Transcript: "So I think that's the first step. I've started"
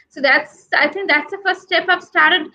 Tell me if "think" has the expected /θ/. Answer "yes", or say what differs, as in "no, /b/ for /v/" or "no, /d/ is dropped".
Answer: no, /t/ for /θ/